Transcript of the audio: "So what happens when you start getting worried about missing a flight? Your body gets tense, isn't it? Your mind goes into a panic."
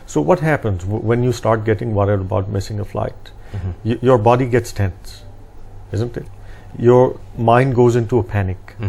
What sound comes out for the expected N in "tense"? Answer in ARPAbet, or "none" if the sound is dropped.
N